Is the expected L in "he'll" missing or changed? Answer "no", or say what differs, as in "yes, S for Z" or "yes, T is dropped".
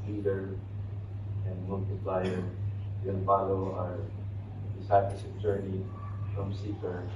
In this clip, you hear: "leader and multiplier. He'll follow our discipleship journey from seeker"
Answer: yes, N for L